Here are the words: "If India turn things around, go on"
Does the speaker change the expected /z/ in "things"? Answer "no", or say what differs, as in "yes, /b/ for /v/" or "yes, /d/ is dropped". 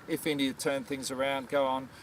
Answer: no